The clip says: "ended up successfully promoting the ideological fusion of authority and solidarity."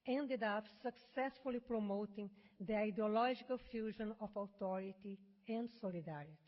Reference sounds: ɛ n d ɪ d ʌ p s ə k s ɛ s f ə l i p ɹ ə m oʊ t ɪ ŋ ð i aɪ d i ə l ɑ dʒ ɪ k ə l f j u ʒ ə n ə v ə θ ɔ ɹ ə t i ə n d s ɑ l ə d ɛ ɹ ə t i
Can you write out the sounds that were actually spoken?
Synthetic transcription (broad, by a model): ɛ n d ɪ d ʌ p s ə k s ɛ s f ə l i p ɹ ə m oʊ t ɪ ŋ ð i aɪ d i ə l ɑ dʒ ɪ k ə l f j u ʒ ə n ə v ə t ɔ ɹ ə t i ə n d s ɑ l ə d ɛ ɹ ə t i